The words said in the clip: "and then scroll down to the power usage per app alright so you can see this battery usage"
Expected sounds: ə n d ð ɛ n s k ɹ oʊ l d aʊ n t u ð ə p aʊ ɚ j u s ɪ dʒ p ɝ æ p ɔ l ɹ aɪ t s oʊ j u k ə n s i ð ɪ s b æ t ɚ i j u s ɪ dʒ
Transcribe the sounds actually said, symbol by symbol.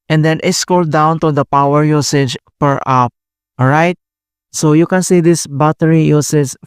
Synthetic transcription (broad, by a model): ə n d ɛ n s k oʊ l d aʊ n t u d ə p aʊ ɚ j u s ɪ dʒ p ɝ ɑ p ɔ ɹ aɪ t s oʊ j u k ə n s i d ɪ s b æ t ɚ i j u s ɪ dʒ